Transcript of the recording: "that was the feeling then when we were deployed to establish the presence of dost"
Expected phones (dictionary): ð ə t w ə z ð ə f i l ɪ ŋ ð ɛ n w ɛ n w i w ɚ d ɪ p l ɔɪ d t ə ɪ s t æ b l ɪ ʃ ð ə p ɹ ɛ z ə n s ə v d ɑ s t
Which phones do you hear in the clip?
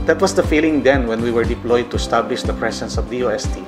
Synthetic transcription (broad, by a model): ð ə t w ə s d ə f i l ɪ ŋ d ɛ n w ɛ n w i w ɚ d ɪ p l ɔɪ d t ə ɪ s t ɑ b l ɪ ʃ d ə p ɹ ɛ s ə n s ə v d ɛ s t